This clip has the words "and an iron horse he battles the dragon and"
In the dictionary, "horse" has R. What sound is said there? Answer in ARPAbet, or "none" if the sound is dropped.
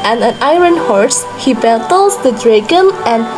R